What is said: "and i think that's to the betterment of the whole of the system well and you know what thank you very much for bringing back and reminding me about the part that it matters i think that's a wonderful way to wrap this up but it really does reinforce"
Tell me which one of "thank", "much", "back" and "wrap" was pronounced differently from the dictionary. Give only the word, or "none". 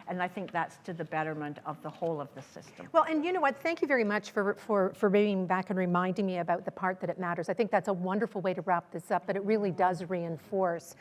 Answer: none